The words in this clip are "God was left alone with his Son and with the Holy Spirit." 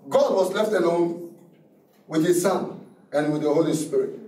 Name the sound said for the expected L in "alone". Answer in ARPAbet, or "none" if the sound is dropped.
N